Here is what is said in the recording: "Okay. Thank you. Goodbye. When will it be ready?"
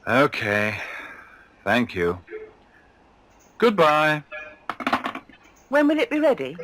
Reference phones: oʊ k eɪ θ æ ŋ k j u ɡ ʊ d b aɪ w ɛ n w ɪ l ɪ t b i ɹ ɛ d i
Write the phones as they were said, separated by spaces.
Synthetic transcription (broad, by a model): oʊ k eɪ θ æ ŋ k j u ɡ ʊ d b aɪ w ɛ n w ɪ l ɪ t b i ɹ ɛ d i